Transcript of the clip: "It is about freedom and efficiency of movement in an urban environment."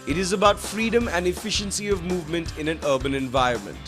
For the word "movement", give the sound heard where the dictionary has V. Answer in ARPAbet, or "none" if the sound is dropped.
V